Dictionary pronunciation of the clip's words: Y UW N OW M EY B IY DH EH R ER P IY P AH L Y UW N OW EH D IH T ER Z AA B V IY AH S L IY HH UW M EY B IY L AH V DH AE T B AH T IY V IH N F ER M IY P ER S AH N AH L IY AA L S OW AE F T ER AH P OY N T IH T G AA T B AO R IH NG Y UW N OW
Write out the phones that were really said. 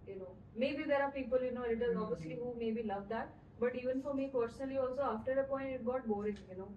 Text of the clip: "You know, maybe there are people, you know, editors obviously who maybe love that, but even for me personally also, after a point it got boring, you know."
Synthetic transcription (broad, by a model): Y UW N OW M EY B IY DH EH R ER P IY P AH L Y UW N OW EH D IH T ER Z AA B IY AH S L IY HH UW M EY B IY L AH V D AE T B AH T IY V IH N F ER M IY P ER S AH N AH L IY AA L S OW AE F T ER AH P OY N T IH T G AA T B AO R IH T Y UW N OW